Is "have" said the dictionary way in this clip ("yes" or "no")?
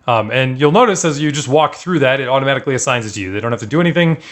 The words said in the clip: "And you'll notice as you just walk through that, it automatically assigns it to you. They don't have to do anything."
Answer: no